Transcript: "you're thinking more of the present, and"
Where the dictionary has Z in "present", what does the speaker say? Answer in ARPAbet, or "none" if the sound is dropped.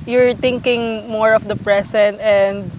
S